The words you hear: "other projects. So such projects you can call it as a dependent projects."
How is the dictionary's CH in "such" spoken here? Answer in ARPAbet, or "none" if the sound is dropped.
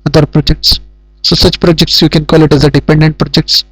CH